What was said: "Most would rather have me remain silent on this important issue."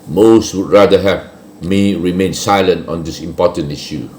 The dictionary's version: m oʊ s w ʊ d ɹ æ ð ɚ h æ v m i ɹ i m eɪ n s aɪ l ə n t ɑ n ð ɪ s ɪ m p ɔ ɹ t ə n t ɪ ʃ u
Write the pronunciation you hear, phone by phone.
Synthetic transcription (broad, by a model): m oʊ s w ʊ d ɹ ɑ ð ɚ h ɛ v m i ɹ i m eɪ n s aɪ l ə n t ɑ n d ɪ s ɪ m p ɔ t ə n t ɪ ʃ u